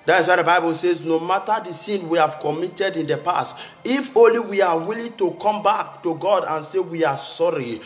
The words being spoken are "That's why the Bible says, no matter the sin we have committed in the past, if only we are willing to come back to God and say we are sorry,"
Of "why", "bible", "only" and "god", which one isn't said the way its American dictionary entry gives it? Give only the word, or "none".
none